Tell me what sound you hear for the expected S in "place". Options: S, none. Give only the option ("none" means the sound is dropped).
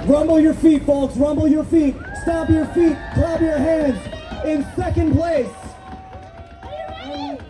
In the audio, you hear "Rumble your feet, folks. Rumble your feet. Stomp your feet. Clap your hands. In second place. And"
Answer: none